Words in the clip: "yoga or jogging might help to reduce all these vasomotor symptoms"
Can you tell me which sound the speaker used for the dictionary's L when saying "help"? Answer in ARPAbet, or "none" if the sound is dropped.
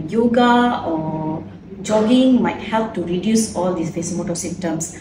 L